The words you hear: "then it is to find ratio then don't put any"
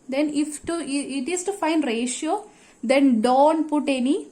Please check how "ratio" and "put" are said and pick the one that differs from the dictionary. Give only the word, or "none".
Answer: none